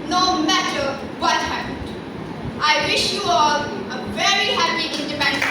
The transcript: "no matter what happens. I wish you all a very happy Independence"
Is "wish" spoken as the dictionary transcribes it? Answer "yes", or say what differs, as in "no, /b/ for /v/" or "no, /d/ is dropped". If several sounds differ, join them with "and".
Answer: yes